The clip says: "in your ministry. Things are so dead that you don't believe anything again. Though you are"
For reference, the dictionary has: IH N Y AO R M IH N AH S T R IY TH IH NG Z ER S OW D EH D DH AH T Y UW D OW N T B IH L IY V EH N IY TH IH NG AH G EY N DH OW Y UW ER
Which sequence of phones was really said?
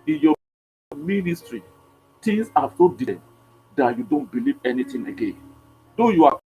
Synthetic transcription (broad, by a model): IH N Y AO M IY N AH S T R IY T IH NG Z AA S OW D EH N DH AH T Y UW D OW N T B IH L IY V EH N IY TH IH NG AH G EY N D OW Y UW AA